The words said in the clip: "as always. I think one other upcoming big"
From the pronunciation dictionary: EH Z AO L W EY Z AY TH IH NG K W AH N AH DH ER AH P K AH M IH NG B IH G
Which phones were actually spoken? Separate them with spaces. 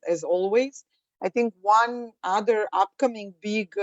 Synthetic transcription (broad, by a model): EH Z AO L W EY Z AY TH IH NG K W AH N AH DH ER AH P K AH M IH NG B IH G